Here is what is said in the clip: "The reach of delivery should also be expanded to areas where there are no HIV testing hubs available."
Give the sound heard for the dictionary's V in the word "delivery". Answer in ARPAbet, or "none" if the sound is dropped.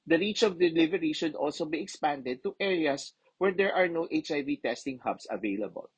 V